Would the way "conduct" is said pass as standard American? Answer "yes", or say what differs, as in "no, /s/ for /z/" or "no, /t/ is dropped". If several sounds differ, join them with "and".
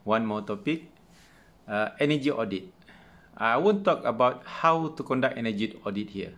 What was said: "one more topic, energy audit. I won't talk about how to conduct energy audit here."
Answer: no, /t/ is dropped